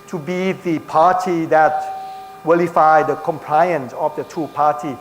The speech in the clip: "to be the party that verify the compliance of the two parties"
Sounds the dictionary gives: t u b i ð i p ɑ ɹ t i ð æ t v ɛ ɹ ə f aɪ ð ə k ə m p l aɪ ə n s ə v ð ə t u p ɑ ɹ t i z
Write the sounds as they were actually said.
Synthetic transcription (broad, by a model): t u b i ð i p ɑ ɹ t i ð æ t w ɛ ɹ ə f aɪ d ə k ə m p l aɪ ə n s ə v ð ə t u p ɑ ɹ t i